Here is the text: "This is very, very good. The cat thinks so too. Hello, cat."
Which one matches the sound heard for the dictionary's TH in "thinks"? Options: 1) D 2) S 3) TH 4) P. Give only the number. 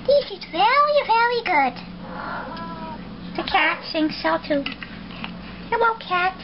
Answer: 2